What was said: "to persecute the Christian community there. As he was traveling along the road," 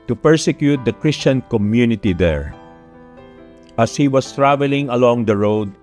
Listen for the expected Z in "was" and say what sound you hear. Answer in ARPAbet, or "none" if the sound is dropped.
S